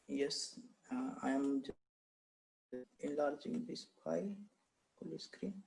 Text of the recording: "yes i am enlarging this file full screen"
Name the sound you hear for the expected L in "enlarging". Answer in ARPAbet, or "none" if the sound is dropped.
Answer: L